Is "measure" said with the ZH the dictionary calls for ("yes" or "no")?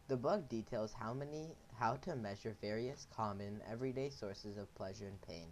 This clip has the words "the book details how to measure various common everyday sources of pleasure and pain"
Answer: yes